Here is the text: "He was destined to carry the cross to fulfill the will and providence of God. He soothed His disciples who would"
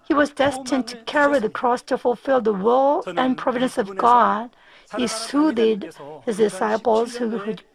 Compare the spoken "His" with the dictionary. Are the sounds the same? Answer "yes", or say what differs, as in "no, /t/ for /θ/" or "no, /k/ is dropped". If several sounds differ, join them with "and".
yes